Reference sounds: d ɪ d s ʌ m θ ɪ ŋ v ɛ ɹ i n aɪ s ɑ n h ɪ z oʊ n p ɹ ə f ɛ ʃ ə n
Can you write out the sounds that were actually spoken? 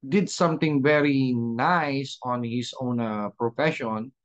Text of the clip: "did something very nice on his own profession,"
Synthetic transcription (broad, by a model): d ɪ d s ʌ m t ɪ ŋ v ɛ ɹ i n aɪ s ɑ n h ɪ s oʊ n p ɹ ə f ɛ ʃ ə n